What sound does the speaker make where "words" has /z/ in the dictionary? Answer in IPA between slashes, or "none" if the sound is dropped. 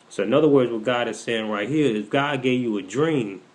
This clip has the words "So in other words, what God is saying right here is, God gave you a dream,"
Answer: /z/